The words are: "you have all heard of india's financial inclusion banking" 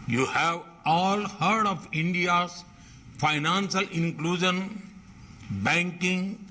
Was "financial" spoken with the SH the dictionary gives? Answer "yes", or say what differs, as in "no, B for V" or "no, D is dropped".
no, S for SH